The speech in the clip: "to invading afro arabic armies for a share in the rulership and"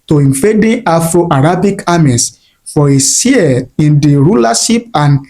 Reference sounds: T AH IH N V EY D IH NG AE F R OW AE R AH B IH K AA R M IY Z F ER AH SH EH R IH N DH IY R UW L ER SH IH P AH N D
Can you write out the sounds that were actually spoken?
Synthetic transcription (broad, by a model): T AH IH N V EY D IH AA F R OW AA R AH B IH K AA M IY S F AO AH S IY IH N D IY R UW L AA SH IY P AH N